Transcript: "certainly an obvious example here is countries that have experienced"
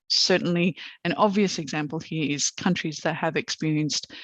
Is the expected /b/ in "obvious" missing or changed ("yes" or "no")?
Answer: no